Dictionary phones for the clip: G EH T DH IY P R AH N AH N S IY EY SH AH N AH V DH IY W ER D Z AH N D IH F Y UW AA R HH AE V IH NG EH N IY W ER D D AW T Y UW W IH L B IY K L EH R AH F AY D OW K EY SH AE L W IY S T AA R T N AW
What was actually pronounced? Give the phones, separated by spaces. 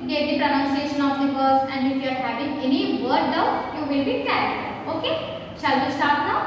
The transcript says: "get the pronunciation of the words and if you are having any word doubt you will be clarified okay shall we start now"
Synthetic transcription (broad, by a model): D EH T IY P R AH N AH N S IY EY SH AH N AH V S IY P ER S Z AH N D IH F Y UW AA R HH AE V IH NG EH N IY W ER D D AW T Y UW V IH L B IY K EH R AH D OW K EY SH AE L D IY S T AA R T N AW